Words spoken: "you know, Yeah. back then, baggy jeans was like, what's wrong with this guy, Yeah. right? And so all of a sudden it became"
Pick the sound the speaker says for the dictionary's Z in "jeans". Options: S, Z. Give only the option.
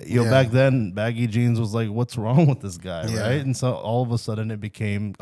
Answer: Z